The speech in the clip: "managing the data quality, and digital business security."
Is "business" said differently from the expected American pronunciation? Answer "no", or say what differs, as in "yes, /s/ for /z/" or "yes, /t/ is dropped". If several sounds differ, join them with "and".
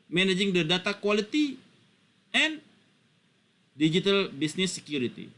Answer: yes, /s/ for /z/